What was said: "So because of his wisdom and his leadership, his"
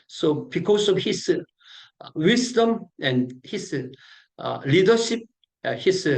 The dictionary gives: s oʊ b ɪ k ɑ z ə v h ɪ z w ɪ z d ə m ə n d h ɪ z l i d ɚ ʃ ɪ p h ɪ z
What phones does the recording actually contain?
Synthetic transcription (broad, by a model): s oʊ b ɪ k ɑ s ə f h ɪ s w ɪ s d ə m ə n h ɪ s l i d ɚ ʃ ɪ p h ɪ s